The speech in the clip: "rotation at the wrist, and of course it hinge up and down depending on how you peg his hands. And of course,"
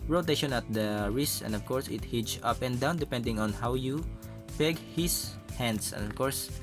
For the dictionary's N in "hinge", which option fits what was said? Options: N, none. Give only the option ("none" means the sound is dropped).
none